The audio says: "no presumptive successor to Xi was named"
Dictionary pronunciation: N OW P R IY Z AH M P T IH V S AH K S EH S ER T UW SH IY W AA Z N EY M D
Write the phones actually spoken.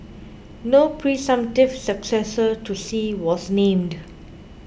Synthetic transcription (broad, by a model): N OW P R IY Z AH M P T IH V S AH K S EH S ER T UW S IY W AA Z N EY M D